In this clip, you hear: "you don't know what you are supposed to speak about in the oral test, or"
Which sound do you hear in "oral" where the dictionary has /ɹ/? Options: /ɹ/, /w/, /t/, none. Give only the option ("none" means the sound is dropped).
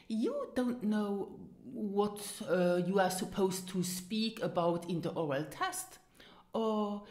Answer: /ɹ/